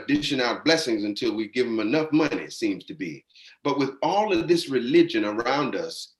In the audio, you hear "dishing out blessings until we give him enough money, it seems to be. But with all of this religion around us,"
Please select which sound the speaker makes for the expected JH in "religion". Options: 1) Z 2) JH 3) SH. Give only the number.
2